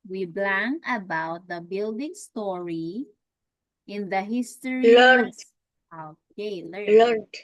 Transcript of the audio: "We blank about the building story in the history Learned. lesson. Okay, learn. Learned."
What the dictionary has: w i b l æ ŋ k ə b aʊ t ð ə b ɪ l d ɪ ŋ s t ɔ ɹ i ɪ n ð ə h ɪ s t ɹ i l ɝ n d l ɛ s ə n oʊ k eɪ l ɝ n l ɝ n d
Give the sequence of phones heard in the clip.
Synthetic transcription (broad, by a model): w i b l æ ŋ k ə b aʊ t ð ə b ɪ l d ɪ ŋ s t ɔ ɹ i ɪ n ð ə h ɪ s t i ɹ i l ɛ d oʊ k eɪ l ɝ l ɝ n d